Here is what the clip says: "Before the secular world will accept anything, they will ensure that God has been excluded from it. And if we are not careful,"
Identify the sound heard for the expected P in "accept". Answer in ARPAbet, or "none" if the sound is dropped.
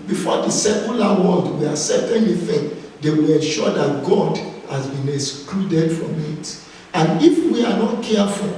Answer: none